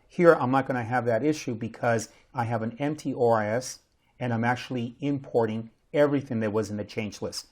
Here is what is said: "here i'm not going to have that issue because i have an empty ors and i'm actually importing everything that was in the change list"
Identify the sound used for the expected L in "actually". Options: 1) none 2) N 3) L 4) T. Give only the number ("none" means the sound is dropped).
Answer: 3